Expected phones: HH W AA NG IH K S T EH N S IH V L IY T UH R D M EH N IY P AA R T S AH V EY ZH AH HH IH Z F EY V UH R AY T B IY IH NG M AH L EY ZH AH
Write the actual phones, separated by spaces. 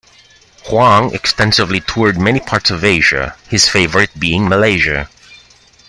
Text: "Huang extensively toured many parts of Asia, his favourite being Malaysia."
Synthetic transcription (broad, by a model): HH W AA NG IH K S T EH N S IH V L IY T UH R D M EH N IY P AA R T S AH V EY ZH AH HH IH Z F EY V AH R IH T B IY IH NG M AH L EY ZH AH